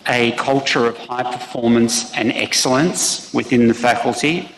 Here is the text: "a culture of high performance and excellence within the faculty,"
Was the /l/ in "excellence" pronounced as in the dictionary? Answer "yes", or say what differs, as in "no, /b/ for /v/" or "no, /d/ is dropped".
yes